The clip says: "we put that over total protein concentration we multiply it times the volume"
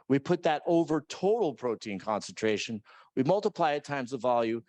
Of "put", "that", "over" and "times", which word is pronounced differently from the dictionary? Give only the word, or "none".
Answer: none